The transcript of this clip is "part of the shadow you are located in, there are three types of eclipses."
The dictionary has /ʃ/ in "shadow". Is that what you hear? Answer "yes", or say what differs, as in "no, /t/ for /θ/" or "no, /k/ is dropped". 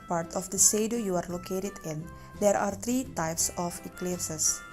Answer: no, /s/ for /ʃ/